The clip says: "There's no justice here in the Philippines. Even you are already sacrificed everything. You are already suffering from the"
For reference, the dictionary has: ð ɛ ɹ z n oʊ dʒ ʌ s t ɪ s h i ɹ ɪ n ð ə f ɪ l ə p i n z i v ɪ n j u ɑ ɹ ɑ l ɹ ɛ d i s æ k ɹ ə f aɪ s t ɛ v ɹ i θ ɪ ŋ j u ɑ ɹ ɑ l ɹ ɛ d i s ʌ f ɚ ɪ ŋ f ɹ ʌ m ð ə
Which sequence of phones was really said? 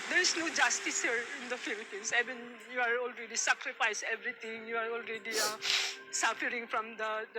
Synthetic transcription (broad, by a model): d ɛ ɹ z n oʊ dʒ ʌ s t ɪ s h i ɹ ɪ n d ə f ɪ l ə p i n s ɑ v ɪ n j u ɑ ɹ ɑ l ɹ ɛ d i s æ k ɹ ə f aɪ s ɛ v ɹ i t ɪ ŋ j u ɑ ɹ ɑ l ɹ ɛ d i s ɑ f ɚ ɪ ŋ f ɹ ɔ m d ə